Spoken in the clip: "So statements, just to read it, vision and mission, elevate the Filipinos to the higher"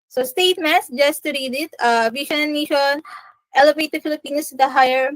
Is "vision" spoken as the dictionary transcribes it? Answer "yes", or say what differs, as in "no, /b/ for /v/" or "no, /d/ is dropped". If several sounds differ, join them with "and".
no, /ʃ/ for /ʒ/